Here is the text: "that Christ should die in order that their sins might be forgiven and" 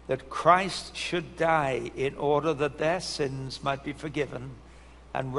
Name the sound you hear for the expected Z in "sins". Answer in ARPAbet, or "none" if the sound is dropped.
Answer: Z